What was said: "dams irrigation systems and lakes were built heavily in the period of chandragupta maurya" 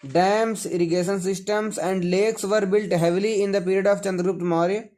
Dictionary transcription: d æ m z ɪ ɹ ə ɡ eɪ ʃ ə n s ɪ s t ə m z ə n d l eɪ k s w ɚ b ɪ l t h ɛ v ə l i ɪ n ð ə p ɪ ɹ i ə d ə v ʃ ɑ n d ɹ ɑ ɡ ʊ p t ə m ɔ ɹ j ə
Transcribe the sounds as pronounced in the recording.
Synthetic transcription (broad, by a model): d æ m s ɪ ɹ ə ɡ eɪ ʃ ə n s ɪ s t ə m s ə n d l eɪ k s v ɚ b ɪ l t h ɛ v ə l i ɪ n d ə p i ɹ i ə d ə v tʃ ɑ n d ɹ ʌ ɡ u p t m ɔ ɹ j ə